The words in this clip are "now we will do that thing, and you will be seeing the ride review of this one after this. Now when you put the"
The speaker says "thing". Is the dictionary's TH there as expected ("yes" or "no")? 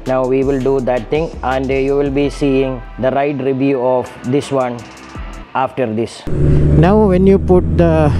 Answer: no